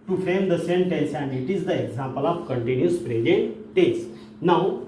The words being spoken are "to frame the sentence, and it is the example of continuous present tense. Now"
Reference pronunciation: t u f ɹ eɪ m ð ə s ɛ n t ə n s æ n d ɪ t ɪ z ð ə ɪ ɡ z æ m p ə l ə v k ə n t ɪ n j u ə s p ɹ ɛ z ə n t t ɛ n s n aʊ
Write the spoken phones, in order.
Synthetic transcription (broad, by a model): t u f ɹ eɪ m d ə s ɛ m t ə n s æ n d ɪ t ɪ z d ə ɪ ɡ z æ m p ə l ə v k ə n t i n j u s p ɹ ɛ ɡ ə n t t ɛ s n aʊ